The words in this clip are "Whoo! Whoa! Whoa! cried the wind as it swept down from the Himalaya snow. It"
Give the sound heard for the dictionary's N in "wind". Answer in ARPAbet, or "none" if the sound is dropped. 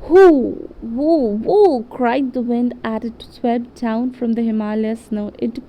N